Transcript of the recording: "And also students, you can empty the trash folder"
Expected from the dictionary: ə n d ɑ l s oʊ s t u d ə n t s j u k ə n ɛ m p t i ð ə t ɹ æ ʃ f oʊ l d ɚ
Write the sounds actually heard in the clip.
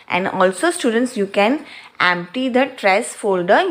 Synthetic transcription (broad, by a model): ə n d ɑ l s oʊ s t u d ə n t s j u k ə n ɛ m p t i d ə t ɹ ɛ s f oʊ l d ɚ